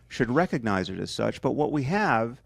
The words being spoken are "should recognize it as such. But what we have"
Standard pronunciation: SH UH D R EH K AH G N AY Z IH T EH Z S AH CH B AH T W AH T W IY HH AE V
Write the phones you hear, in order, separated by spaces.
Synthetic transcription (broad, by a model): SH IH D R EH K AH G N AY Z IH T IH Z S AH CH B AH T W AH T W IY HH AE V